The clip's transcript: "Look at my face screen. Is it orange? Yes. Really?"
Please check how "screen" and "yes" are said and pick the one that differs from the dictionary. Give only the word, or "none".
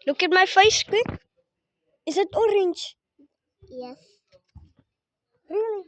screen